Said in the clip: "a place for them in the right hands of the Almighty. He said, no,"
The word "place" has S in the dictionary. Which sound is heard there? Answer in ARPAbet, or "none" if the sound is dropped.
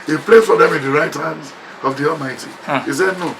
none